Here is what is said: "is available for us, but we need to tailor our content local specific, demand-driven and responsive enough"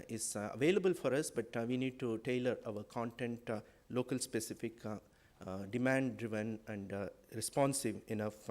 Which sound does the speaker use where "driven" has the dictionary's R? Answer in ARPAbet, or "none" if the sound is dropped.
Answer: R